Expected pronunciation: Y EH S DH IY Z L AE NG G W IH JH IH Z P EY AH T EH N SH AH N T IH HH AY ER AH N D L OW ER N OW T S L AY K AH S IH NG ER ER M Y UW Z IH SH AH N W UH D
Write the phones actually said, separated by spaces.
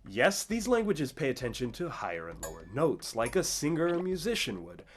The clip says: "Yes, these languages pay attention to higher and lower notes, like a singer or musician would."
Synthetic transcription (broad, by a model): Y EH S DH IY Z L AE NG G W IH JH IH Z P EY AH T EH N SH AH N T IH HH AY ER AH N L OW ER N OW T S L AY K AH S IH NG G ER M Y UW Z IH SH AH N W UH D